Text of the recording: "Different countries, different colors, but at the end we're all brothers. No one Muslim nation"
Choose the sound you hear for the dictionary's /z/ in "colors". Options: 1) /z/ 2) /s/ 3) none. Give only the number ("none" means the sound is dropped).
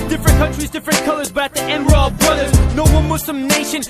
1